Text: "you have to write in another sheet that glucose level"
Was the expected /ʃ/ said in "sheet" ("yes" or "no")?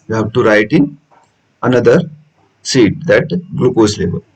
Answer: no